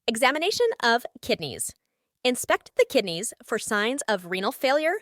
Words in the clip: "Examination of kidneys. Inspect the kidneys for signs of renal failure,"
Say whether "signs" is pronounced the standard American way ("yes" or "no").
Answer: yes